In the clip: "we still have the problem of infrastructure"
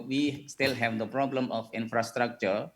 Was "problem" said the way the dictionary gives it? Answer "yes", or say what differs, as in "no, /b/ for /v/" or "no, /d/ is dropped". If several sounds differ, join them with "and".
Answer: yes